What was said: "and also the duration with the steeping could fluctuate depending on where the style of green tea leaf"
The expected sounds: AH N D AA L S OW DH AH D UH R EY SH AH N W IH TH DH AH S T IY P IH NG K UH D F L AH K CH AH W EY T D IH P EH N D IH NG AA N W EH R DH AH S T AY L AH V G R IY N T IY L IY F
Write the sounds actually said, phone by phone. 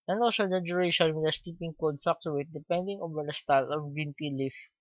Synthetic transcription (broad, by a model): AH N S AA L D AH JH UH R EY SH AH N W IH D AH S T IY P IH NG K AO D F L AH K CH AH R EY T D IH P EH N D IH NG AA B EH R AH S T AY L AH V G IY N T IY L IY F